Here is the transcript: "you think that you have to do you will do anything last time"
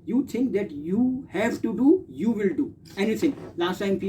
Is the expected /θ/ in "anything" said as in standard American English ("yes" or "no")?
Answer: no